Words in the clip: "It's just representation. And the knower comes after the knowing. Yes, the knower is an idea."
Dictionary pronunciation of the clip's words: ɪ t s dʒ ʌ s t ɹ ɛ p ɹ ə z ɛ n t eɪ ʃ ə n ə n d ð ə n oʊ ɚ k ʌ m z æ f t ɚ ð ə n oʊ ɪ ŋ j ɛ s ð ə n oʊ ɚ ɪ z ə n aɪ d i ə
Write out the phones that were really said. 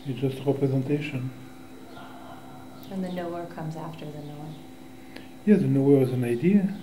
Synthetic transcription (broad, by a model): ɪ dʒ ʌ s t ɹ ɛ p ɹ ə z ɛ n t eɪ ʃ ə n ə n ð ə n oʊ ɚ k ʌ m z æ f t ɚ ð ə n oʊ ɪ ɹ j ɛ ð ə n oʊ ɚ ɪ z ə n aɪ d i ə